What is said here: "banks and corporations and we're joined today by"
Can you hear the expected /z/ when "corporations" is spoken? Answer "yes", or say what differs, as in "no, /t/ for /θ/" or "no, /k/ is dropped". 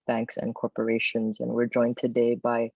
yes